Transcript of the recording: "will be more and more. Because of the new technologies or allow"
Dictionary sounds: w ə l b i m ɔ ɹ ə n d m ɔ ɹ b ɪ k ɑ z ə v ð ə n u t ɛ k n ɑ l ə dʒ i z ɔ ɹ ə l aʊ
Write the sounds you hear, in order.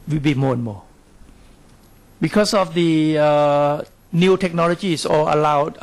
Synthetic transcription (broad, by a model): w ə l b i m ɔ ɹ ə n m ɔ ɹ b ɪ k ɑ s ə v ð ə n u t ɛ k n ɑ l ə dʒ i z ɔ l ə l aʊ